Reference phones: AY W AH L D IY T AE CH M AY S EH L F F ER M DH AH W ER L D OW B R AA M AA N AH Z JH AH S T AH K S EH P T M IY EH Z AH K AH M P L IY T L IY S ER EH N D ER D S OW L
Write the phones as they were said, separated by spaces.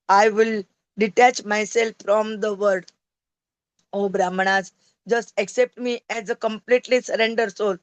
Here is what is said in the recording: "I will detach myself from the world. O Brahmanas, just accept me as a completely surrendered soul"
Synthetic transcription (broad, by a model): AY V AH L D IY T AE CH M AY S EH L F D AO M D AH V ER D OW B R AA M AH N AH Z JH AH S T AH K S EH P T M IY EH Z AH K AH M P L IY T L IY S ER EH N D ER D S OW L